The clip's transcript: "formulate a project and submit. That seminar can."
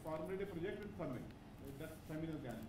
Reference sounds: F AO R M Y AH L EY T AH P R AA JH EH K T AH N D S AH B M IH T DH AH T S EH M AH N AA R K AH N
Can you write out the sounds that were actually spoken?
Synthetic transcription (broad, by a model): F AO R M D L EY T AH P R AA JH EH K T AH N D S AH M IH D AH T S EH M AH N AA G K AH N